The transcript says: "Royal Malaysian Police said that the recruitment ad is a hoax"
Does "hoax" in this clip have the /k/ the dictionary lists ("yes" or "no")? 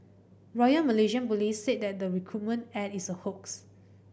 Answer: yes